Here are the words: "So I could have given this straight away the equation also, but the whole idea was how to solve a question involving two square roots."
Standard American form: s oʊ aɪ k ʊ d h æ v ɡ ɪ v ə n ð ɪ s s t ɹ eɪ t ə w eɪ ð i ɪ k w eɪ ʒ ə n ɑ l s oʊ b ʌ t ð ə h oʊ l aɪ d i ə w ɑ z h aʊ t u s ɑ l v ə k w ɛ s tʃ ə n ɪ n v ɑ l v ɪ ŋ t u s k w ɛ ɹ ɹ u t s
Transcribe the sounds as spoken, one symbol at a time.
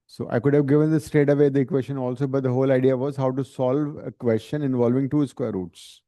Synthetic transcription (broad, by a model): s oʊ aɪ k ʊ d h æ v ɡ ɪ v ə n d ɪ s s t eɪ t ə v eɪ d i k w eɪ ʃ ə n ɑ l s oʊ b ʌ t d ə h oʊ l aɪ d i ə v ɑ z h aʊ t u s ɑ l v ə k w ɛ s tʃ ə n ɪ n v ɑ l v ɪ ŋ t u s k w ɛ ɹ ɹ u t s